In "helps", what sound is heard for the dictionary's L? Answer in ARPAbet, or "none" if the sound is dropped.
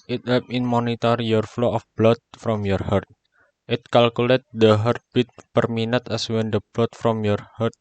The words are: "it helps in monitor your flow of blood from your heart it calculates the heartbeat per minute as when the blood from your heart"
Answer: none